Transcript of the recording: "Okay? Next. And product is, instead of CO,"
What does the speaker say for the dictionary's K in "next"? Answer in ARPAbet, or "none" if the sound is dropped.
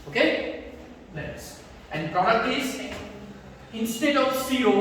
none